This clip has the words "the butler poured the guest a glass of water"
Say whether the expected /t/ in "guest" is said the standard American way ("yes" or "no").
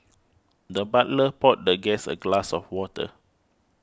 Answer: no